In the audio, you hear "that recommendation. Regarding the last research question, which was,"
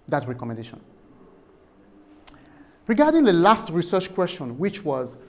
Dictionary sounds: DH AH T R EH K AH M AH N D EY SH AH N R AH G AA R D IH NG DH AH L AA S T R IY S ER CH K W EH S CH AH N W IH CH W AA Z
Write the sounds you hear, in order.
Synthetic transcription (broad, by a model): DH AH T R EH K AH M AH N D EY SH AH N R AH G AA R D IH NG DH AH L AA S T R IY S ER CH K W EH S CH AH N W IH CH W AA Z